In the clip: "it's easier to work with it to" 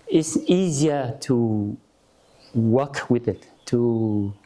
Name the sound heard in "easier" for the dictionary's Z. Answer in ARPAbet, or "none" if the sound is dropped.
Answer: Z